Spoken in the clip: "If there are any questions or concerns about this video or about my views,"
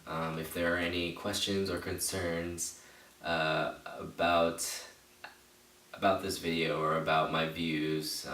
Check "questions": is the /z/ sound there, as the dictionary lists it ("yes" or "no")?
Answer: yes